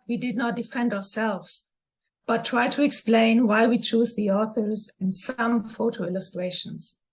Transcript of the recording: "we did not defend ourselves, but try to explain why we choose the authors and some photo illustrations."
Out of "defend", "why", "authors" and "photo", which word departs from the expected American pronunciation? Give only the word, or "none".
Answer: none